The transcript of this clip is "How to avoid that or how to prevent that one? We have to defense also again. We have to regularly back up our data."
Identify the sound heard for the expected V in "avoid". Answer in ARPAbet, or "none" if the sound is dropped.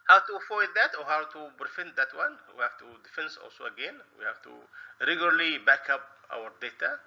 F